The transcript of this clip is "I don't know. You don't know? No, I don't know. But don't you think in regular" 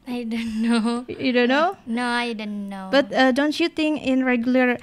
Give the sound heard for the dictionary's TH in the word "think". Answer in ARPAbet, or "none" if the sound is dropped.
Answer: T